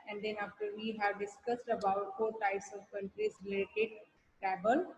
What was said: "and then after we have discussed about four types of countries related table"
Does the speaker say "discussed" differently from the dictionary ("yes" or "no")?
no